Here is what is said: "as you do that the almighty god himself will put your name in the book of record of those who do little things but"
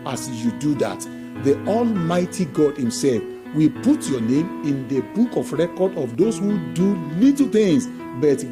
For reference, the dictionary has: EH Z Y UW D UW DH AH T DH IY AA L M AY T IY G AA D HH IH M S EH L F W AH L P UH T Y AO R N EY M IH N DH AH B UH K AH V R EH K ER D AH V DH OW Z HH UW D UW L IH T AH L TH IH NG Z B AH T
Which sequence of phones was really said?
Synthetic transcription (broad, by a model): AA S Y UW D UW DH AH T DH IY AA L M AY T IY G AA D HH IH M S EH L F W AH P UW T Y AO N EY M IH N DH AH B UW K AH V R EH K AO D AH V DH OW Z HH UW D UW L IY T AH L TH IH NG S B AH T